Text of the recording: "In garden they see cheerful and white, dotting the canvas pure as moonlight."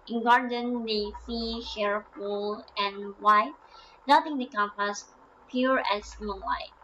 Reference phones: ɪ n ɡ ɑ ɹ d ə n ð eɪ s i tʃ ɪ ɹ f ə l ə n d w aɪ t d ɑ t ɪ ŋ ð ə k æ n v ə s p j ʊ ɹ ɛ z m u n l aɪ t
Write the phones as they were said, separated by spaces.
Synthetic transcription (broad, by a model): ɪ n ɡ ɑ ɹ d ə n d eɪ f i ʃ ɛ ɹ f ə l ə n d w aɪ t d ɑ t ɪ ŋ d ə k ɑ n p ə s p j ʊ ɹ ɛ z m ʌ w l aɪ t